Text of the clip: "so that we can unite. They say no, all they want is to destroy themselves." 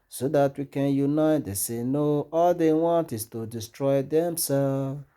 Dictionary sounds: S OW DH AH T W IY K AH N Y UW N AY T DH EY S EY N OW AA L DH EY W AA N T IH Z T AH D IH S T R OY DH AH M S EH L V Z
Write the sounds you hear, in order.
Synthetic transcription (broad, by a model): S OW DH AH T W IY K AH N Y UW N AY T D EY S EY N OW AA L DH EY W AA N T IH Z T AH D IH S T R OY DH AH M S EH L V